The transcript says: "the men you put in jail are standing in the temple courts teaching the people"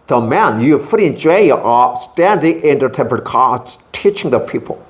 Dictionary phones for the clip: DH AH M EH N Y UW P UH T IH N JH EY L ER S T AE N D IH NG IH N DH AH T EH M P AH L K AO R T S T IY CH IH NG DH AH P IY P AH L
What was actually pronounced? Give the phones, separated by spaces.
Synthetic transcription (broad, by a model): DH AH M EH N Y UW F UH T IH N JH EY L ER S T AE N D IH NG IH N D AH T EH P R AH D K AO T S T IY CH IH NG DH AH P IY P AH L